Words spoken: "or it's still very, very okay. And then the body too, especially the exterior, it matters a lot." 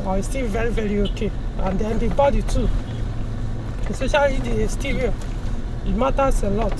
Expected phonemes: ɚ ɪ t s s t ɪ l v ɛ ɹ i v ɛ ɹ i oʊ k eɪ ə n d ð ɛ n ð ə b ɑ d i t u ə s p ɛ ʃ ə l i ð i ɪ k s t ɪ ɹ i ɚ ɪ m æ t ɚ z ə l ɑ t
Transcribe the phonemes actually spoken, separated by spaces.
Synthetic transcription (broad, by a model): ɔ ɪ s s t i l v ɛ ɹ i v ɛ ɹ i oʊ k eɪ ə n d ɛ n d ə b ɑ d i t u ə s ɔ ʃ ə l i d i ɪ s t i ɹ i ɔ ɪ m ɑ t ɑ s ə l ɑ t